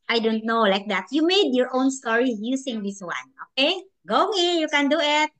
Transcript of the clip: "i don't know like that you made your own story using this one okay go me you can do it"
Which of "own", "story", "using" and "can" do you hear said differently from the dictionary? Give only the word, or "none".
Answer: using